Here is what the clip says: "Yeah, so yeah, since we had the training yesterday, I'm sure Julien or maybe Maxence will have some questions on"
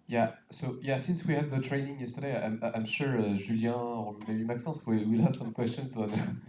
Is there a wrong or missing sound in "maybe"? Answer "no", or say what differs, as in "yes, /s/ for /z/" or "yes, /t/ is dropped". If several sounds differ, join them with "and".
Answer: yes, /b/ is dropped